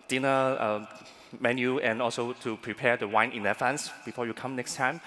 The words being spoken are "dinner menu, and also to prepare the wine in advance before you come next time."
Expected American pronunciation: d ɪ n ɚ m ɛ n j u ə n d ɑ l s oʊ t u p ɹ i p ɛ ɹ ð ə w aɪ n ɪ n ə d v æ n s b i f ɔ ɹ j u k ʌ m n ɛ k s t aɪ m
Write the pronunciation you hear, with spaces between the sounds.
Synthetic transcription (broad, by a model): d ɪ n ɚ m ɛ n j u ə n ɑ l s oʊ t u p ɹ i p ɛ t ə w aɪ n ɪ n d f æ n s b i f ɔ j u k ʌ m n ɛ k s t aɪ m